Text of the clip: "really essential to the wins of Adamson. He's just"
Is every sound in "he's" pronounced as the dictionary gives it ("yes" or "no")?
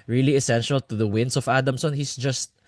no